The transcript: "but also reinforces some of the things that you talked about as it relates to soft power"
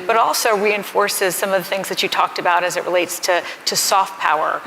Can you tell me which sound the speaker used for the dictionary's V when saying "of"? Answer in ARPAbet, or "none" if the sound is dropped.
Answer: V